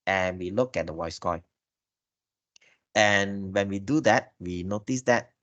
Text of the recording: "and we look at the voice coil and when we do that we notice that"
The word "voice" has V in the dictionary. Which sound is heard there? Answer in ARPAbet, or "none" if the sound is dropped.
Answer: W